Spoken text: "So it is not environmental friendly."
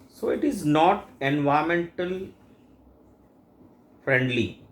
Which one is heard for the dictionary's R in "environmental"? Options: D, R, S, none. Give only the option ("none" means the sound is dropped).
none